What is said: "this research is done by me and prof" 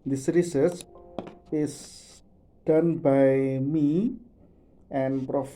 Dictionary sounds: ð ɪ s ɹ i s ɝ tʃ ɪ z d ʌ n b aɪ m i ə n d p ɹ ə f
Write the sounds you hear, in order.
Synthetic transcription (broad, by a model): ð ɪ s ɹ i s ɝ s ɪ s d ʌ n b aɪ m i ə n p ɹ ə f